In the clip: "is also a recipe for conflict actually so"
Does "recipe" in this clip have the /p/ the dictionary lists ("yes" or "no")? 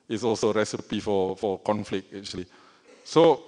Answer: yes